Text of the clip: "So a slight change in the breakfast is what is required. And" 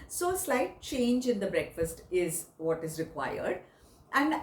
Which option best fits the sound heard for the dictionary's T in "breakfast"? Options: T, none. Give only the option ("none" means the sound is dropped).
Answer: T